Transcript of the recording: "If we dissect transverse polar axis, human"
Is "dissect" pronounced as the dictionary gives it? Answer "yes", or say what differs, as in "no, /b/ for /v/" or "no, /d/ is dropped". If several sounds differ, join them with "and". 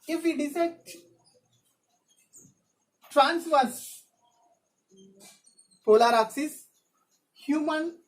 no, /k/ is dropped